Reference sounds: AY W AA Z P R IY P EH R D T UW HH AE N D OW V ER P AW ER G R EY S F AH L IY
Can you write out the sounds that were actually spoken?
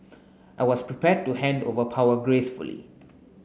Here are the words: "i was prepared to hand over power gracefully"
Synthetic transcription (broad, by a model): AY W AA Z P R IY P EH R D T UW HH AE N D OW V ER P AW ER G R EY S F AH L IY